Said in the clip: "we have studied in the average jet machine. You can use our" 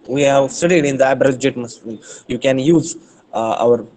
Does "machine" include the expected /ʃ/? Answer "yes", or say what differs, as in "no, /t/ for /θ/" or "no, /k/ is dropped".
no, /s/ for /ʃ/